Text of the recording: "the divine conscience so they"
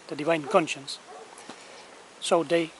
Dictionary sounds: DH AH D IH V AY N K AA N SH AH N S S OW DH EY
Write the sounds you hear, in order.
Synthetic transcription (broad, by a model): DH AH D IH V AY N K AA N SH AH N S S OW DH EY